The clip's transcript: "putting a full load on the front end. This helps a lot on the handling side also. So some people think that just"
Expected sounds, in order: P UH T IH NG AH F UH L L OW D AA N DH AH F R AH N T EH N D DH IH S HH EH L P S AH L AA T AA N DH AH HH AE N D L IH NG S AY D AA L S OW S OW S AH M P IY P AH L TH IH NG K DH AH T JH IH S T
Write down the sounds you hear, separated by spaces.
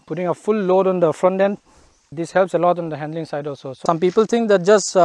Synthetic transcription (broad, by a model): P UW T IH NG AH F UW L L OW D AA N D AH F R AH N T EH N D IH S HH EH L P S AH L AA T AA N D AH HH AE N D L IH NG S AY D AA L S OW S OW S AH M P IY P AH L T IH NG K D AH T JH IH S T